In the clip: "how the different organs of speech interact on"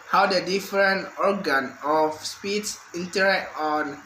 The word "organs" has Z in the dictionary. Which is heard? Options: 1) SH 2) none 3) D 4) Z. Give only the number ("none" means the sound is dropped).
2